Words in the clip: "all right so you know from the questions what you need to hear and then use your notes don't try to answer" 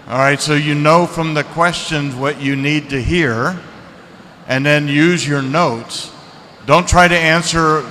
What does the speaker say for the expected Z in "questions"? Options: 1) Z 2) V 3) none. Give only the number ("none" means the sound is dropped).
1